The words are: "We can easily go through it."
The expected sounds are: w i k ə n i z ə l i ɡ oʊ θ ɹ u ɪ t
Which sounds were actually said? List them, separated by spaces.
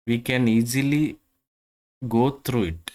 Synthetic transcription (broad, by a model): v i k ə n i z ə l i ɡ oʊ t ɹ u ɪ t